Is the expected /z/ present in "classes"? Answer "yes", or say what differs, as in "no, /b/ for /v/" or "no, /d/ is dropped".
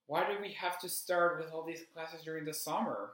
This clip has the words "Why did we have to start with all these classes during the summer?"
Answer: yes